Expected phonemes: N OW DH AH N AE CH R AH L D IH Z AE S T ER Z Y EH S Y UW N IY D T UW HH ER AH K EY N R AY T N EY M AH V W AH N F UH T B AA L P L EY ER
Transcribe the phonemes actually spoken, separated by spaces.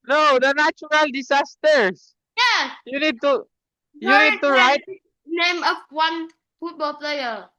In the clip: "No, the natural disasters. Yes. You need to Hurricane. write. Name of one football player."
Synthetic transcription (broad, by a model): N OW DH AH N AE CH R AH L D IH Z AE S T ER S Y EH S Y UW N IY D T UW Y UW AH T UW R AY T N EY M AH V W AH N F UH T B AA L P L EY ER